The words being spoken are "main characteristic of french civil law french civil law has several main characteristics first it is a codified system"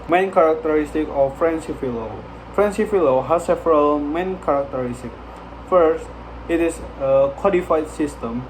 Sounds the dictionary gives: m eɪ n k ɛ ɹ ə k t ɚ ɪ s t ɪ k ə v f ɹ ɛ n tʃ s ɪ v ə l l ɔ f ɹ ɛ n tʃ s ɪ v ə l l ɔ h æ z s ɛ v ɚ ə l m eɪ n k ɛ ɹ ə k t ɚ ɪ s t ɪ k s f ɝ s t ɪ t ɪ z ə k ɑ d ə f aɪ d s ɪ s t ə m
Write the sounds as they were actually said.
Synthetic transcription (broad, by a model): m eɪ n k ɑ ɹ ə k t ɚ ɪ s t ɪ k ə f f ɹ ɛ n s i f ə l l ɔ f ɹ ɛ n s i f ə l l ɔ h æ s ɛ v ɚ ə l m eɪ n k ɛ ɹ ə k t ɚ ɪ s t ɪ k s f ɝ s t ɪ t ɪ s ə k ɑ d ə f aɪ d s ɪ s t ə m